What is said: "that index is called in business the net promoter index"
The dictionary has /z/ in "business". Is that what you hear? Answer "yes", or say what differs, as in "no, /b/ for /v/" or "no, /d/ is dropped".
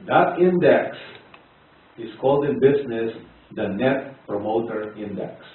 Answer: no, /s/ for /z/